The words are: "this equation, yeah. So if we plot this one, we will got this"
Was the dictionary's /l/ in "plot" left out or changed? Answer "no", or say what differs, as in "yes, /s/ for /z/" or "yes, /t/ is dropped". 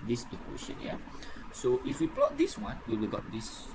no